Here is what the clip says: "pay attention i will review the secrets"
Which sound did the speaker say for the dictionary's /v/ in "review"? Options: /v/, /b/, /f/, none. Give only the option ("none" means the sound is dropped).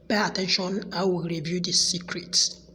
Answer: /v/